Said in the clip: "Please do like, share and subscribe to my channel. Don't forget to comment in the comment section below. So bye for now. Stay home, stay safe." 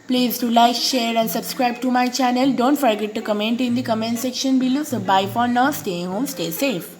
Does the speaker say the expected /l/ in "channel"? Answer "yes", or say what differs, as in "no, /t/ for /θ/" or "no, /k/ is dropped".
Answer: yes